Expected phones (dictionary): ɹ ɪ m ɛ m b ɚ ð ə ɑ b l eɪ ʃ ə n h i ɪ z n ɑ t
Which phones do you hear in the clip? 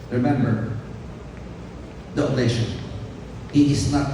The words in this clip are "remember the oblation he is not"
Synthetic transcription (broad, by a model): ɹ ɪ m ɛ m b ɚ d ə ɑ l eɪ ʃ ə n h i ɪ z n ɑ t